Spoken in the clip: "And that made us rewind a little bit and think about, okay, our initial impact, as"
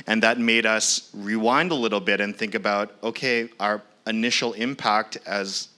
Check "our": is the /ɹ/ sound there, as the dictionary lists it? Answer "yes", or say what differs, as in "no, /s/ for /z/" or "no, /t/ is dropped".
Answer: yes